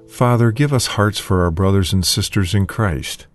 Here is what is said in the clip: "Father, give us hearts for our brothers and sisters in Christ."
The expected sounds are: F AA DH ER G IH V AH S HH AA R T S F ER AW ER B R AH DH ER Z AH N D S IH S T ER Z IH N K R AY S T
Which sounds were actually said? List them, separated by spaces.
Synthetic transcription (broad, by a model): F AA DH ER G IH V AH S HH AA R T S F ER AW ER B R AH DH ER Z AH N D S IH S T ER Z IH N K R AY S T